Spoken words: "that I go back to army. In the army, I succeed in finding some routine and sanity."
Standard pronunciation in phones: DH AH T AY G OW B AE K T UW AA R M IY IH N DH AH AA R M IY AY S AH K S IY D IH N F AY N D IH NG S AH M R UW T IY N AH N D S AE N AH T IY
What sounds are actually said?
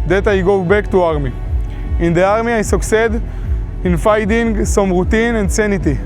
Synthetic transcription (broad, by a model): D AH T AY G OW B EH K T UW AA R M IY IH N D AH AA R M IY AY S AH K S IY D IH N F AY D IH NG S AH M R UW T IY N AH N D S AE N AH T IY